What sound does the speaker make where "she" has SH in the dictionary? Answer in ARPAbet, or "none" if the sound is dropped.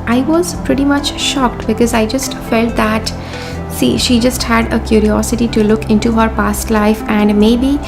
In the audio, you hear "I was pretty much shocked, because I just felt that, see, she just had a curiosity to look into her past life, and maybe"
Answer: SH